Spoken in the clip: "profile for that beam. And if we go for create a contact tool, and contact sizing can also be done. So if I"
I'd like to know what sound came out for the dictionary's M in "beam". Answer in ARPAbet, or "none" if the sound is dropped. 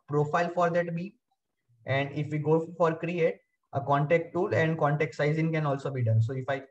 none